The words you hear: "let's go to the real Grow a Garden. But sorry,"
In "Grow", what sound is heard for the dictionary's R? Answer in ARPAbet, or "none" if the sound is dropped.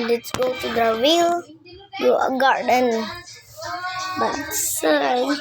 none